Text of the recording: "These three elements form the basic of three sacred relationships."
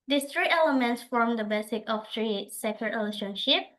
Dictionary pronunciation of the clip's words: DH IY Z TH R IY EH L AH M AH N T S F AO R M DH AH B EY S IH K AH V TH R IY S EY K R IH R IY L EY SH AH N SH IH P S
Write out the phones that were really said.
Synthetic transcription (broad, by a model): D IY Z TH R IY EH L AH M AH N T S F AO M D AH B EY S IH K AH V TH R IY S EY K IH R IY L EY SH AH N SH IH P